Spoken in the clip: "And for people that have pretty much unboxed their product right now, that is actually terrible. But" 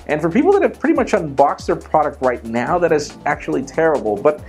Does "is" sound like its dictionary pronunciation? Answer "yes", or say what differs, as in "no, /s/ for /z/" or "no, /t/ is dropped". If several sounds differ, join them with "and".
yes